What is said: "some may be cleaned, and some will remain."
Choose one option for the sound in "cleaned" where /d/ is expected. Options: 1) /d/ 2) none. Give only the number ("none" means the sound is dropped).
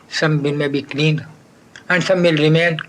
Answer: 2